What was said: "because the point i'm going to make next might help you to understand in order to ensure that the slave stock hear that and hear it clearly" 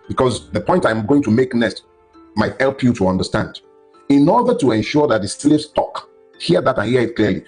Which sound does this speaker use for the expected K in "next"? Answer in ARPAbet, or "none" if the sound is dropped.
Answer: none